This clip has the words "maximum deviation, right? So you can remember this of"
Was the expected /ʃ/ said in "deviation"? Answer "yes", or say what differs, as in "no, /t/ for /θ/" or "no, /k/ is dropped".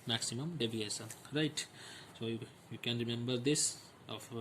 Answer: no, /s/ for /ʃ/